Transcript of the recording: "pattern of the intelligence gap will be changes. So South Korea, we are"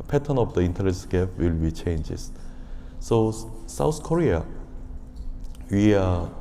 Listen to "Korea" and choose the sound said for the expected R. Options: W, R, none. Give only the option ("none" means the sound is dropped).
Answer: R